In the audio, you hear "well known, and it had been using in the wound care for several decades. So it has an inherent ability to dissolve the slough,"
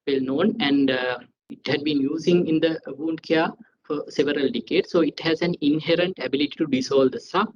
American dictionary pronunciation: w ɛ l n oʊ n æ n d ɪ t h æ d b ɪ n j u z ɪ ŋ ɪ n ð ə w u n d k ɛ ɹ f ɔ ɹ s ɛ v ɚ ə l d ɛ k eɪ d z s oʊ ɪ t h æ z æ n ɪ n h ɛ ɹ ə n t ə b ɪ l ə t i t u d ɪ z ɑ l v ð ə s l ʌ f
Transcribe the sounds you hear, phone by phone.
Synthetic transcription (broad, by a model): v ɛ l n oʊ n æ n d ɪ t h æ d b ɪ n j u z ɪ ŋ ɪ n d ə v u n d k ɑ f ɔ ɹ s ɛ v ɚ ə l d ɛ k eɪ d s oʊ ɪ t h æ z æ n ɪ n h ɛ ɹ ə n t ə b ɪ l ə t i t u d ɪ s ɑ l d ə s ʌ